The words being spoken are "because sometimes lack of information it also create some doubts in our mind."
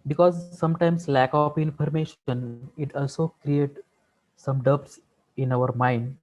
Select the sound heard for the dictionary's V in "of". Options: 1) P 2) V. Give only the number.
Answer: 1